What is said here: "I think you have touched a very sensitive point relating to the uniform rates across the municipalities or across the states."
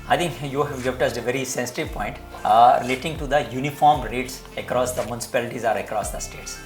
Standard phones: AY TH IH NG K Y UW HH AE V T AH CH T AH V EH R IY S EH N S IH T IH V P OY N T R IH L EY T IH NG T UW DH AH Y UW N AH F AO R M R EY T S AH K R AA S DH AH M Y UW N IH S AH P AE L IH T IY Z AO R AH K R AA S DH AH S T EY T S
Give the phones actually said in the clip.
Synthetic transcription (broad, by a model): AY T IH NG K Y UW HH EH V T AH S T AH V EH R IY S EH N S IH T IH V P OY N T R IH L EY T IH NG T UW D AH Y UW N AH F AO R M R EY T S AH K R AA S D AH M Y UW N IH S AH P AE L IH T IY Z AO R AH K R AA S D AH S T EY T S